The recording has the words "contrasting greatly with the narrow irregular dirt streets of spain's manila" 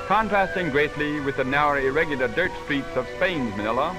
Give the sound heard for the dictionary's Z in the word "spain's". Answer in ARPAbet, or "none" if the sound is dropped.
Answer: Z